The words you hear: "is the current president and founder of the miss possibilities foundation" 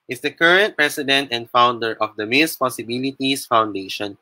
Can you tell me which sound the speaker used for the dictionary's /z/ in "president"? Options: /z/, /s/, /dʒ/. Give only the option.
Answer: /s/